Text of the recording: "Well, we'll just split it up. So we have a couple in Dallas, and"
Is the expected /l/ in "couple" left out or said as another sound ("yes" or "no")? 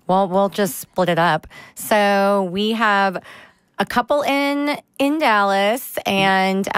yes